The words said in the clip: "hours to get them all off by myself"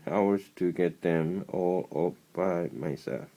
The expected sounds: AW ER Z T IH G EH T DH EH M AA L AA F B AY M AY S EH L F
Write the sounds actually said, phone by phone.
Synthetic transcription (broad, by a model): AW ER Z T IH G EH T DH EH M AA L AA P B AY M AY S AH